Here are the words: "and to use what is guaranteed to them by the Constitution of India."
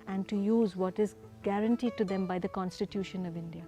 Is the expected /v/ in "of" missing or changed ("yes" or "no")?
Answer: no